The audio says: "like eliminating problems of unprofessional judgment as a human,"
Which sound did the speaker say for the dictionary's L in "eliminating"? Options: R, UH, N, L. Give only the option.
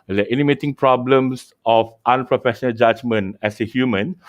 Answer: N